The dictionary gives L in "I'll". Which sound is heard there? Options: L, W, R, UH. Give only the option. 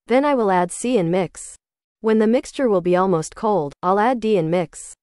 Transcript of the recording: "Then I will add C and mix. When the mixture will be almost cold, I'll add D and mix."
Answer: L